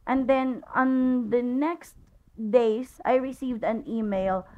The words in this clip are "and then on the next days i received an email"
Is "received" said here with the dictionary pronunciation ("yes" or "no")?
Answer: yes